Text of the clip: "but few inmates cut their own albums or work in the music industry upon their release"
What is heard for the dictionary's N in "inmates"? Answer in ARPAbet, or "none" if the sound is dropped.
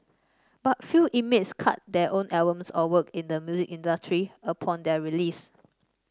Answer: none